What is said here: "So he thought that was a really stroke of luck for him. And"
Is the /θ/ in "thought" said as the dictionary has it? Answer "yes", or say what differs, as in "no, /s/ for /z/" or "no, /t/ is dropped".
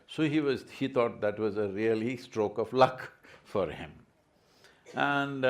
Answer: no, /t/ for /θ/